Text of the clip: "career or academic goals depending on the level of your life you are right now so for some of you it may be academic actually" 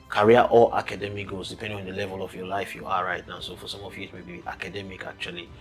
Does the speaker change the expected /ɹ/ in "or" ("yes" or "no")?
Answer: yes